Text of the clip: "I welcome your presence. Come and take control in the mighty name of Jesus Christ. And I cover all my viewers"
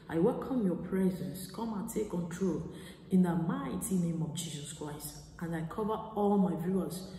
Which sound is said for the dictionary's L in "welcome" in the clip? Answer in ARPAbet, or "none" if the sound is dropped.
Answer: L